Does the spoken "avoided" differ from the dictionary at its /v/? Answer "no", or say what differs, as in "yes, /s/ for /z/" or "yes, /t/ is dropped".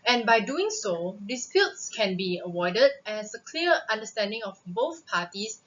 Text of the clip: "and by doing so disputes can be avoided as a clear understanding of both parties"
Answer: yes, /w/ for /v/